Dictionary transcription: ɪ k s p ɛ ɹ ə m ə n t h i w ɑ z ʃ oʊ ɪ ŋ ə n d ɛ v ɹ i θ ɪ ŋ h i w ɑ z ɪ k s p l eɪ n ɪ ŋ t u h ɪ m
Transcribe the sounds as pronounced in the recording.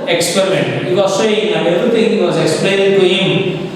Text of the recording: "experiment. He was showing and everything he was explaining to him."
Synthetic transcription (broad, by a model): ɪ k s p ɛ ɹ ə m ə n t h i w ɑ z s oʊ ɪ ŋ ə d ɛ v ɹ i t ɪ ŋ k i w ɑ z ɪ k s p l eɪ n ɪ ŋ t u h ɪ m